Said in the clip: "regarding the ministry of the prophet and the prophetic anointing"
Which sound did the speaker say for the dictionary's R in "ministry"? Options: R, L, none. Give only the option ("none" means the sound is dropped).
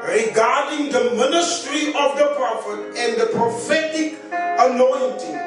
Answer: R